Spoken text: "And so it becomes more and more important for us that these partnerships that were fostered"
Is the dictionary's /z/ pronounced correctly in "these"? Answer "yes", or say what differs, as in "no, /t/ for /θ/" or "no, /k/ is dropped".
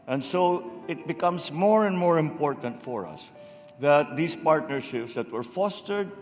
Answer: no, /s/ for /z/